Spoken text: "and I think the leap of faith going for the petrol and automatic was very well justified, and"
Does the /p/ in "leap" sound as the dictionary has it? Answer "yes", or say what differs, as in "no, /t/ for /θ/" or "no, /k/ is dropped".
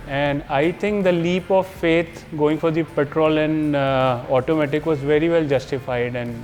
yes